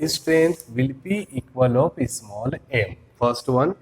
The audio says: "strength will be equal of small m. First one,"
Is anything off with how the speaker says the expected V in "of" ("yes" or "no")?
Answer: yes